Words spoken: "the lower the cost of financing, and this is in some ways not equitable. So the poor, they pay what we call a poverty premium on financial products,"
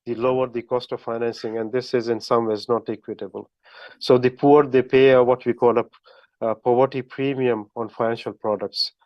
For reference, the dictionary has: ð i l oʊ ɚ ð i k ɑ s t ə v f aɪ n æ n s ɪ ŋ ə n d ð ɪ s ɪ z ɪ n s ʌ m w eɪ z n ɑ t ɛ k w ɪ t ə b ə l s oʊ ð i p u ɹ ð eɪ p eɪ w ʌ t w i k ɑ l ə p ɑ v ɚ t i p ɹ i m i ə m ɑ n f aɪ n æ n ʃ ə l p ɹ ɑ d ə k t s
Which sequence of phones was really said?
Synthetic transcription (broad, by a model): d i l oʊ ɚ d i k ɑ s t ə v f aɪ n æ n s ɪ ŋ ə n d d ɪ s ɪ z ɪ n s ʌ m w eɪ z n ɑ t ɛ k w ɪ t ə b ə l s oʊ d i p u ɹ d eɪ p eɪ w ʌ t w i k ɑ l ə p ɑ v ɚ t i p ɹ i m i ə m ɑ n f aɪ n æ n ʃ ə l p ɹ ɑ d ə k t s